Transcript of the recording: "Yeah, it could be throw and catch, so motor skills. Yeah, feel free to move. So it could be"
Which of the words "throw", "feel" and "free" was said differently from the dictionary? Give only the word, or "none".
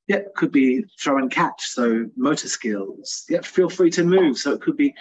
none